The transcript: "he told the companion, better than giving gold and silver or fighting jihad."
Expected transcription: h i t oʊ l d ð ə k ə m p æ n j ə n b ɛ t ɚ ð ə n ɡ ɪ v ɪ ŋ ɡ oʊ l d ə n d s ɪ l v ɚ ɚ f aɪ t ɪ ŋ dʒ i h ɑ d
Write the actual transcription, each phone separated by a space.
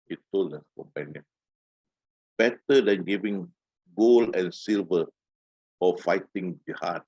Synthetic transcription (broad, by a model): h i t oʊ l d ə k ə m p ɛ n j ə n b ɛ t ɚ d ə n ɡ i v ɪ ŋ ɡ oʊ l ə n s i l v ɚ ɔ f aɪ t ɪ ŋ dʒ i h ɑ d